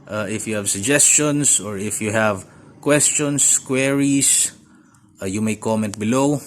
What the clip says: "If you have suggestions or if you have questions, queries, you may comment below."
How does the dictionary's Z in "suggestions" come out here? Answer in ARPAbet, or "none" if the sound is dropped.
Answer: S